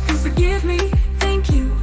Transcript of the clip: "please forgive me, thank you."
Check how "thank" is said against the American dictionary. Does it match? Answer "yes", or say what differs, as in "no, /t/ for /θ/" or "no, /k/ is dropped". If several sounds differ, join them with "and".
yes